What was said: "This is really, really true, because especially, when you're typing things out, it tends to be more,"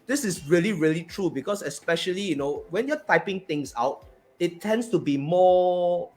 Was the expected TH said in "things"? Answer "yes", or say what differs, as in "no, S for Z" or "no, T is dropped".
no, T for TH